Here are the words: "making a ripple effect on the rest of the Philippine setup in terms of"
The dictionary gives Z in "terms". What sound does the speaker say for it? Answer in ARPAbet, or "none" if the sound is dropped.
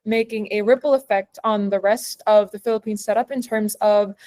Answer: Z